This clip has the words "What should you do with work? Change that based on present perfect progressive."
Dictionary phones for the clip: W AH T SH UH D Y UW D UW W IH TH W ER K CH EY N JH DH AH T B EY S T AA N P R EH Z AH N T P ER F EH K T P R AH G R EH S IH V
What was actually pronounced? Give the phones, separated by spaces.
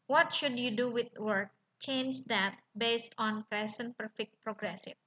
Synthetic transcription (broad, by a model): W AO T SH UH D Y UW D UW W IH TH W ER K CH EY N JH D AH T B EY S T AA N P R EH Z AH N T P ER F EH K T P R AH G R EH S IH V